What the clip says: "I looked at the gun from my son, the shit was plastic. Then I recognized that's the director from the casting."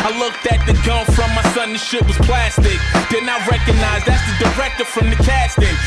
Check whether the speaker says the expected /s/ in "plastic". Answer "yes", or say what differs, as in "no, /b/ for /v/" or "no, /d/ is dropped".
yes